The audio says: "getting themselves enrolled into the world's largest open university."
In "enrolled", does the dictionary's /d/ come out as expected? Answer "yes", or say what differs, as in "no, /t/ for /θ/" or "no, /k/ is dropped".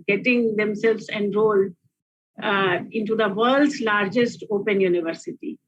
no, /d/ is dropped